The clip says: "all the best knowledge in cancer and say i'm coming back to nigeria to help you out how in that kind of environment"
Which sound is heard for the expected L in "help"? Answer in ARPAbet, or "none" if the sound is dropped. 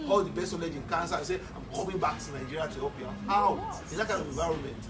none